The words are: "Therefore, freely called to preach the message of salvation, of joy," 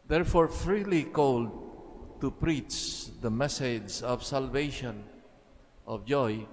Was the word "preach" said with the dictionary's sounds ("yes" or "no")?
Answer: yes